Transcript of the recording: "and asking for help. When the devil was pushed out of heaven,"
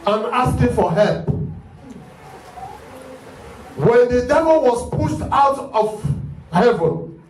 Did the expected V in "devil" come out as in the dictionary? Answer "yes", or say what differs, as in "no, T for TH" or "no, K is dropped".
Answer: yes